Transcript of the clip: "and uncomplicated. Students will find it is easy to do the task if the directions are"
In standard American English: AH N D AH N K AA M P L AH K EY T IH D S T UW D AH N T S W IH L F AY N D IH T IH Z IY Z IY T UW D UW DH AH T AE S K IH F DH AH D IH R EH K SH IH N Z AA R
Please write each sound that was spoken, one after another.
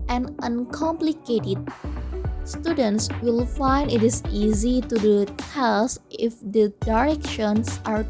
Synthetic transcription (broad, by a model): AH N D AH N K AA M P L AH K EY T IH D S T UW D AH N T S W IH L F AY N D IH T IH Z IY Z IY T UW D UW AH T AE S IH F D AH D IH R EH K SH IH N S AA R